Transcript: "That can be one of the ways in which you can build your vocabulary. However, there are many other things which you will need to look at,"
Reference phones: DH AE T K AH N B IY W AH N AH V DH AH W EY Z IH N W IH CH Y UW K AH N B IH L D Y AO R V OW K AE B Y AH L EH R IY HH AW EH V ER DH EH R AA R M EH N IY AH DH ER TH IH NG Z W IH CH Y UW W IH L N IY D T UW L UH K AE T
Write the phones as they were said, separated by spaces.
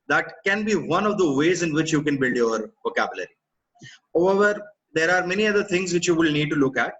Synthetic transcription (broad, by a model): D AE T K AH N B IY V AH N AH V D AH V EY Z IH N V IH CH Y UW K AH N B IH L D Y AO R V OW K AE B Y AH L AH R IY HH AW EH V ER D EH R AA R M EH N IY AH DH ER T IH NG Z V IH CH Y UW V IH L N IY D T UW L UH K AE T